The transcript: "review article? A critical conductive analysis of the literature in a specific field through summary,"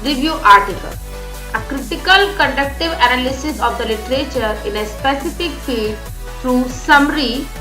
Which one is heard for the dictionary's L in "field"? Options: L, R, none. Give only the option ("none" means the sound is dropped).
none